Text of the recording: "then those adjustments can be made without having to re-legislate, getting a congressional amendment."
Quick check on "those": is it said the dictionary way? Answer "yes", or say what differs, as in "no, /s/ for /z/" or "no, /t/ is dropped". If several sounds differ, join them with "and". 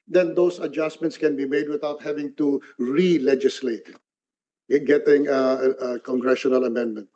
no, /s/ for /z/